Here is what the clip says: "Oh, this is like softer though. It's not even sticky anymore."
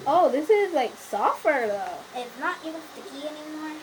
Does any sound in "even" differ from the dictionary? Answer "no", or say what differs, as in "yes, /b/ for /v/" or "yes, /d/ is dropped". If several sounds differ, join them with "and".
yes, /v/ is dropped